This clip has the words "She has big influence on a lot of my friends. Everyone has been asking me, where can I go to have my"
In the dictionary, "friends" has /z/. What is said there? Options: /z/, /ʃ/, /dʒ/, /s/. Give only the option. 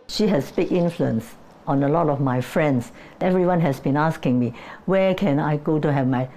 /s/